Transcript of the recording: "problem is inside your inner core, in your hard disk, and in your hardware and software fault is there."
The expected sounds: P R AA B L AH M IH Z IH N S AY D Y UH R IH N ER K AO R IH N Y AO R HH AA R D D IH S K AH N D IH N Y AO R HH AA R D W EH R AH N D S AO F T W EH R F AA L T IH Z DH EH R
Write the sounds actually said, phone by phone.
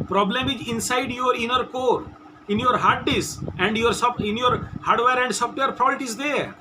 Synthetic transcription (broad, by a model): P R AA B L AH M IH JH IH N S AY D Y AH R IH N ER K AO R IH N Y AO R HH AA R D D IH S AH N D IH N Y AO R HH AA R D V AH R AH N D S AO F T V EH R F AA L T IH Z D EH R